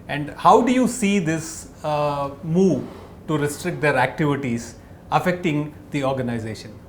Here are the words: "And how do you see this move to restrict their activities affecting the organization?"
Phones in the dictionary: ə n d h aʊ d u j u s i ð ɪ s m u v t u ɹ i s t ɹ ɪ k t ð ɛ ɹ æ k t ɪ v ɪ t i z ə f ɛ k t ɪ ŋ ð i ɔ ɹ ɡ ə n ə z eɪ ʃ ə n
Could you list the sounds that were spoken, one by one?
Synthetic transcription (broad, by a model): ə n d h aʊ d u j u s i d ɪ s m u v t u ɹ i s t ɹ ɪ k t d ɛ ɹ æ k t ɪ v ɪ t i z ə f ɛ k t ɪ ŋ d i ɔ ɹ ɡ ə n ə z eɪ ʃ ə n